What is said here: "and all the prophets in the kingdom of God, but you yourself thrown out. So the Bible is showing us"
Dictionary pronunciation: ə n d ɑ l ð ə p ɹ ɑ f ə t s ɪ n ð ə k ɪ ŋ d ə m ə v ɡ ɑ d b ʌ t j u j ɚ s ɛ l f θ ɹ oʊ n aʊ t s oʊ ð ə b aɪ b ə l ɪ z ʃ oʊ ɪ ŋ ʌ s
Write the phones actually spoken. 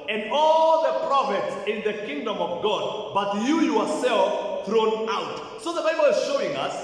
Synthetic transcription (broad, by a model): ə n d ɑ l ð ə p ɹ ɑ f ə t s ɪ n ð ə k ɪ ŋ d ə m ə v ɡ ɑ d b ʌ t j u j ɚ s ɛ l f θ ɹ oʊ n aʊ t s oʊ ð ə b aɪ b ə l ɪ z ʃ oʊ ɪ ŋ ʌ s